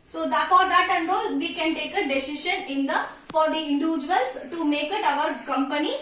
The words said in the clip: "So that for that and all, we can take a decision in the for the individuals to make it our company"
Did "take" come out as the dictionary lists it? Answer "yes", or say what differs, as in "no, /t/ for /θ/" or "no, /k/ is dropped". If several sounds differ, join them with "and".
yes